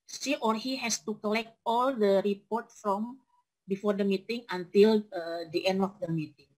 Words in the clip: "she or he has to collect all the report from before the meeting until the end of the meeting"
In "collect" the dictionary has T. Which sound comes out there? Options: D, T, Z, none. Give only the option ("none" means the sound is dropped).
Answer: T